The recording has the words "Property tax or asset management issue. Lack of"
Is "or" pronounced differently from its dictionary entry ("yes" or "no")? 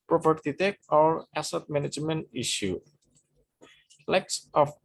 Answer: yes